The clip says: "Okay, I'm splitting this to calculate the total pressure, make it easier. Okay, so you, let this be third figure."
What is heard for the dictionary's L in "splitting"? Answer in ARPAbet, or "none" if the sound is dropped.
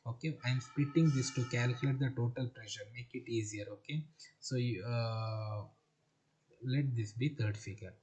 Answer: none